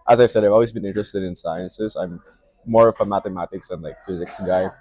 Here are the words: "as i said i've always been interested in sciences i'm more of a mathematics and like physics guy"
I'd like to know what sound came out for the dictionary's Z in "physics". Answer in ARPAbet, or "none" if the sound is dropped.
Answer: Z